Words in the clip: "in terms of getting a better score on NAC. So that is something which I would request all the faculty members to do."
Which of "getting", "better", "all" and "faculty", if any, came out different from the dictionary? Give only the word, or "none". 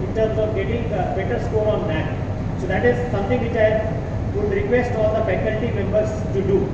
faculty